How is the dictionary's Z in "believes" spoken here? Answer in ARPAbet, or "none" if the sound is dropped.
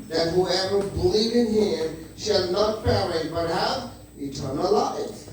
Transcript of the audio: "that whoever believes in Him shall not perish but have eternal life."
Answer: none